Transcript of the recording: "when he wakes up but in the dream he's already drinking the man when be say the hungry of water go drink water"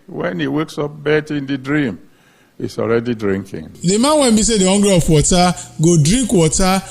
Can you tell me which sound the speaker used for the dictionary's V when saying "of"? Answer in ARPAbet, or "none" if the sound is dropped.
P